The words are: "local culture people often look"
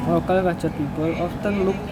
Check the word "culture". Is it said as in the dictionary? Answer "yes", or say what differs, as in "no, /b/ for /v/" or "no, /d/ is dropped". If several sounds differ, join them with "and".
no, /l/ is dropped